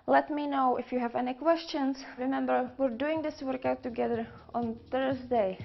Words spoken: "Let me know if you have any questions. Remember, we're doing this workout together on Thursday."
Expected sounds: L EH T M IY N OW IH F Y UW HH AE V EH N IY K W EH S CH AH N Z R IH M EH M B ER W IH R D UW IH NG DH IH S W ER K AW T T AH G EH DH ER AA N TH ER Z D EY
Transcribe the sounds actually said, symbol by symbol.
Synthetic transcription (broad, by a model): L EH T M IY N OW IH F Y UW HH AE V EH N IY K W EH S CH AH N S R IH M EH M B ER W IH R D UW IH NG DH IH S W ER K AW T T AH G EH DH ER AA N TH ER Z D EY